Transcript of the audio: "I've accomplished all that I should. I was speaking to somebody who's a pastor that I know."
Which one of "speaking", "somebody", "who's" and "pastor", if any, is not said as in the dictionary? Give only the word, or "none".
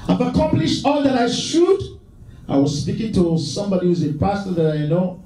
none